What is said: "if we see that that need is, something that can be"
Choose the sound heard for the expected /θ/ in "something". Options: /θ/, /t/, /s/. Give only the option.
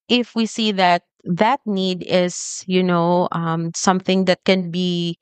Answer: /θ/